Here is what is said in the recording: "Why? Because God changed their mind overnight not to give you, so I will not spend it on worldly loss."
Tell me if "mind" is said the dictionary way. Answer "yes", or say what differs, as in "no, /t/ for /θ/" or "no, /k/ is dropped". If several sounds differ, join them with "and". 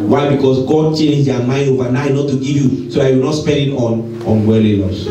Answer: no, /d/ is dropped